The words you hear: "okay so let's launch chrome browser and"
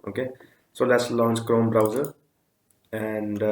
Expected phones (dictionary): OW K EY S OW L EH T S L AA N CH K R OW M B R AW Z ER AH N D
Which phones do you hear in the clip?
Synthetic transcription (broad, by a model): OW K EY S OW L EH T S L AA N CH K R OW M B R AW Z ER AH N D